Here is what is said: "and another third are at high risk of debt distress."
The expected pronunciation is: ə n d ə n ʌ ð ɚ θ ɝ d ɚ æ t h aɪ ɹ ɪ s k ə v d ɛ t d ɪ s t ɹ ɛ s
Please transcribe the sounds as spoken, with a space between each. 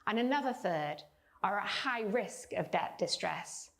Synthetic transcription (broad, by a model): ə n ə n ʌ ð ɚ θ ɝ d ɚ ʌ t h aɪ ɹ ɪ s k ə v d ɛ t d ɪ s t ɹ ɛ s